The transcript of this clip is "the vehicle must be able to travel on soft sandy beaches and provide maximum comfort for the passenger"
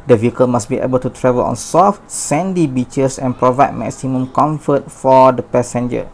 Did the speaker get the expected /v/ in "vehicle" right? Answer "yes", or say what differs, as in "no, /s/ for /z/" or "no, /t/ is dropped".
yes